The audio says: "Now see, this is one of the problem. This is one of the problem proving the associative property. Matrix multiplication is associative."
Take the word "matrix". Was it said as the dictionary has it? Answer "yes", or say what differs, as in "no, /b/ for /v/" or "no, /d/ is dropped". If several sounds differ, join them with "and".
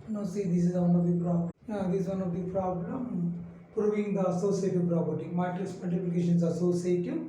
no, /k/ is dropped